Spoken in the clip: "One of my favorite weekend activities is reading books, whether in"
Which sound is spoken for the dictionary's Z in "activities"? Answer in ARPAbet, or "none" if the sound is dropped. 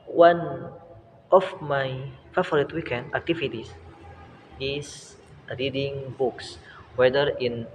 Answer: S